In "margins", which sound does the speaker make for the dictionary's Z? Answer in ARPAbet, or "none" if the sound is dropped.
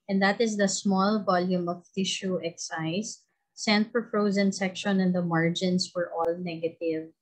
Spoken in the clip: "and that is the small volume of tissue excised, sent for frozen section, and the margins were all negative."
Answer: S